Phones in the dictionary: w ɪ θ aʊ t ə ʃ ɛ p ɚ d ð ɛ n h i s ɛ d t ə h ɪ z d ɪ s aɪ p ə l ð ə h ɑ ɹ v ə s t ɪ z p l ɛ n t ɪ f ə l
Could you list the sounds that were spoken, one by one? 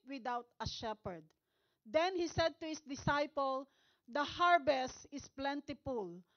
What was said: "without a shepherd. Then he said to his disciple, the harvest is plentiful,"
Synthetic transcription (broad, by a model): w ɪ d aʊ t ə ʃ ɛ p ɚ d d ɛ n h i s ɛ d t ə h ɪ s d ɪ s aɪ p ə l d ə h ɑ ɹ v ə s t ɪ s p l ɛ n t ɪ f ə l